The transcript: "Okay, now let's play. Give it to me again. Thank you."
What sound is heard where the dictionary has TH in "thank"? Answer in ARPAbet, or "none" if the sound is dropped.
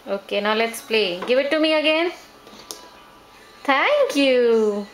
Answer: T